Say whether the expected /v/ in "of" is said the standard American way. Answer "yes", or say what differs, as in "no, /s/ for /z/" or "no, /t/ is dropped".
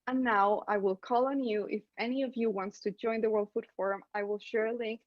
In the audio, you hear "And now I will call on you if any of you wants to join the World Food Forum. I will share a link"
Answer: yes